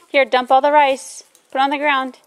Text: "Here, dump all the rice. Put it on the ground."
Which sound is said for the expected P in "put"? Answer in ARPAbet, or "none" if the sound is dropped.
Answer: B